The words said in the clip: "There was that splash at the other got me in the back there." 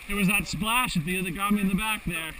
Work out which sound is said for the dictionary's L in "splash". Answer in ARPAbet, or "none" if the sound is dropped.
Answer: L